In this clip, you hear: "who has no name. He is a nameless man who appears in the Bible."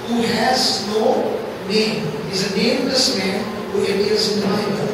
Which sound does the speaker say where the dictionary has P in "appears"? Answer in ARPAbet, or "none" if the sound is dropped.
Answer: none